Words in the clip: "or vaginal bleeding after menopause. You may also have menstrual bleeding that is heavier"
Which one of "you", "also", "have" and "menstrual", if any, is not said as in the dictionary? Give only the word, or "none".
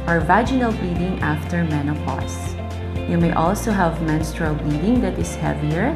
none